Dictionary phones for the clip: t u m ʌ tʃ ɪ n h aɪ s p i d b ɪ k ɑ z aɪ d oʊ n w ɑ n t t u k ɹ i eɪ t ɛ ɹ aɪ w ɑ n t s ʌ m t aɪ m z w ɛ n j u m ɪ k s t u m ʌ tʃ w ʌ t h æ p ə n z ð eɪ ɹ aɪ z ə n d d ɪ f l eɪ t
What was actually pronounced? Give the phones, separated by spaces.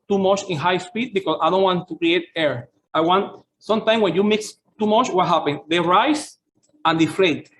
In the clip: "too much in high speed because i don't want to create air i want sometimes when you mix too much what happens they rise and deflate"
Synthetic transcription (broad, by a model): t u m ʌ tʃ ɪ n h aɪ s p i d b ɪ k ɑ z aɪ d oʊ n w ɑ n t t u k ɹ i eɪ t ɛ ɹ aɪ w ɑ n t s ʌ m t aɪ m s w ɛ n j u m ɪ k s t u m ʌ tʃ w ʌ t h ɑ p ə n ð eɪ ɹ aɪ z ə n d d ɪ f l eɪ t